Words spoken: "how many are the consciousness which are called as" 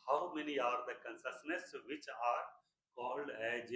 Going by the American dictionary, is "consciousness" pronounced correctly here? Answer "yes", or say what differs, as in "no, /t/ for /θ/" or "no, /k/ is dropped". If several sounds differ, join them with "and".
no, /s/ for /ʃ/